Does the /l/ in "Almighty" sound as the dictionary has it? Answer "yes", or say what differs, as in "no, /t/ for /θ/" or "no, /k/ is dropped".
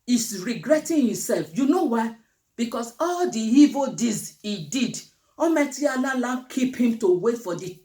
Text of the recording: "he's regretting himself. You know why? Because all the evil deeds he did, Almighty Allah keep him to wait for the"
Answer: no, /l/ is dropped